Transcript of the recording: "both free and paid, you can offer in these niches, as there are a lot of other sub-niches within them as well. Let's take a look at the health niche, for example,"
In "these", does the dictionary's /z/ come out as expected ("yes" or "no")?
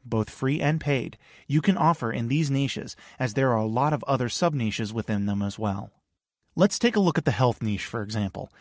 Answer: yes